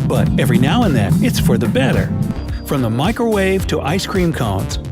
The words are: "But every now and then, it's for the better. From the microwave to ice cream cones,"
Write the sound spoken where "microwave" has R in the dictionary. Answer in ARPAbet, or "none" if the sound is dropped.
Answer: R